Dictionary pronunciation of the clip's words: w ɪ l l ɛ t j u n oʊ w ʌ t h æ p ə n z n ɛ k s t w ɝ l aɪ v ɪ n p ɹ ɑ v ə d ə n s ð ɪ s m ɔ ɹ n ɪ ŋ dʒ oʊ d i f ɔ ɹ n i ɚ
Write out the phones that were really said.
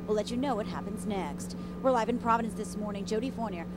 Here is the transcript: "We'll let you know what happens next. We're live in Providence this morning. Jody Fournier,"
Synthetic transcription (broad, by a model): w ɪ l l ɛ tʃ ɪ n oʊ w ʌ t h æ p ə n z n ɛ k s t w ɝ l aɪ v ɪ n p ɹ ɑ v ə d ə n s ð ɪ s m ɔ ɹ n ɪ ŋ dʒ oʊ d i f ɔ ɹ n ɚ